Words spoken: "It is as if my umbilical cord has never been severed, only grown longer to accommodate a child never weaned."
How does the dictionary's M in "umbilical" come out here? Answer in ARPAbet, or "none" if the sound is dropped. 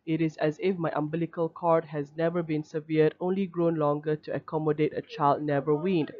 M